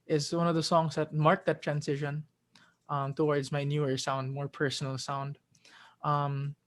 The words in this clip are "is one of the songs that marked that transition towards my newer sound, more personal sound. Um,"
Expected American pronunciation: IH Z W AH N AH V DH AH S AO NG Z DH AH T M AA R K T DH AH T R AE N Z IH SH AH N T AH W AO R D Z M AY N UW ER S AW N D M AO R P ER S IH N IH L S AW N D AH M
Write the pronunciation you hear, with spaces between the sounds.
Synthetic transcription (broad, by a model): IH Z W AH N AH V DH AH S AO NG Z DH AH T M AA R K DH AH T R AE N S IH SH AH N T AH W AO R D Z M AY N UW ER S AW N D M AO R P ER S N L S AW N D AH M